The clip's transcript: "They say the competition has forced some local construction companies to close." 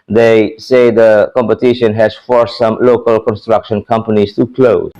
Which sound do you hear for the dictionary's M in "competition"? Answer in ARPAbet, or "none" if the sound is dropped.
M